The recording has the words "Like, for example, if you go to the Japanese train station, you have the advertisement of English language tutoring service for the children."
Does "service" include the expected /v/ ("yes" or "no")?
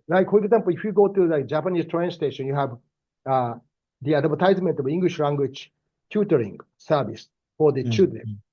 no